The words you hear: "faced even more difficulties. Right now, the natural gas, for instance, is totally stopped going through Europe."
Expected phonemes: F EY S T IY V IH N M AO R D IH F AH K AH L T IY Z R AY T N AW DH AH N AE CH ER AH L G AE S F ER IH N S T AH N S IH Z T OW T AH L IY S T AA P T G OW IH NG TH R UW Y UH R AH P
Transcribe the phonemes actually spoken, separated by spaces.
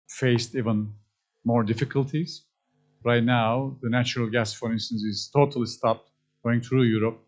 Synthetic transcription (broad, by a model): F EY S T IY V IH N M AO R D IH F AH K AH L T IY Z R AY T N AW DH AH N AE CH ER AH L G AE S F ER IH N S T AH N S IH Z T OW T AH L IY S T AA P T G OW IH NG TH R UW Y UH R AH P